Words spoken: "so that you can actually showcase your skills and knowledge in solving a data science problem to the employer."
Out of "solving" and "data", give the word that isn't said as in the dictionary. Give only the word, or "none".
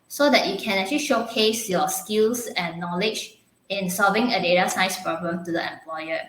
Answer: none